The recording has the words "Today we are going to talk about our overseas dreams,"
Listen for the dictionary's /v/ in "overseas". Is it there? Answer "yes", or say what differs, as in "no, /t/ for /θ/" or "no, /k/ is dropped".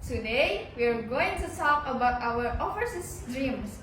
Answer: no, /f/ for /v/